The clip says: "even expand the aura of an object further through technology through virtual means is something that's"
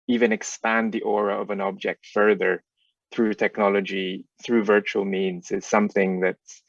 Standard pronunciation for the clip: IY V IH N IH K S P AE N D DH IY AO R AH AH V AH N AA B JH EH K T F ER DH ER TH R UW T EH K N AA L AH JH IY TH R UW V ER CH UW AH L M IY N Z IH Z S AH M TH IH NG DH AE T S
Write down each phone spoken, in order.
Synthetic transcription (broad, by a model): IY V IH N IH K S P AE N DH IY AO R AH AH V AH N AA B JH EH K T F ER DH ER TH R UW T EH K N AA L AH JH IY TH R UW V ER CH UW L M IY N Z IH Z S AH M TH IH NG DH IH T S